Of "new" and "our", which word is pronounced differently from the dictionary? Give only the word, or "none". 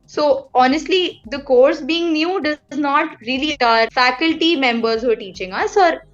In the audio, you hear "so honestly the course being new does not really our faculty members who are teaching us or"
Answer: none